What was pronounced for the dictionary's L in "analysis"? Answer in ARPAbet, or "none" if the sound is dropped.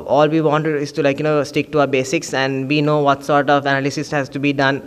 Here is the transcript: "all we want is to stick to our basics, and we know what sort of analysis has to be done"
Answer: L